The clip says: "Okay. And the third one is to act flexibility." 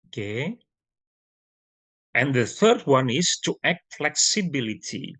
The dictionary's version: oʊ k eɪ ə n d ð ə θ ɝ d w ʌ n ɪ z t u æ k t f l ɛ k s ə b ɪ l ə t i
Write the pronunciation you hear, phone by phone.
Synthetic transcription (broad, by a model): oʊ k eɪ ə n ð ə θ ɝ d w ʌ n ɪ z t u æ k t f l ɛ k s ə b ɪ l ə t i